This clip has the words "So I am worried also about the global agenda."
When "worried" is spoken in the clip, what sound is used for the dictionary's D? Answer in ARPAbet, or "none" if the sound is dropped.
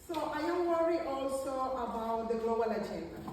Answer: none